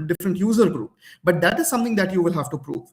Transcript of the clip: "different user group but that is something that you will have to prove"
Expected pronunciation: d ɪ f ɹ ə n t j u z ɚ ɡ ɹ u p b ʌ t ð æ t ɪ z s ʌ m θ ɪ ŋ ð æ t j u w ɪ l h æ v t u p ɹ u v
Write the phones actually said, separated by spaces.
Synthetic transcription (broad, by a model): d ɪ f ɹ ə n t j u z ɚ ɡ ɹ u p b ʌ t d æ t ɪ z s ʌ m t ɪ ŋ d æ t j u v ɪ l h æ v t u p ɹ u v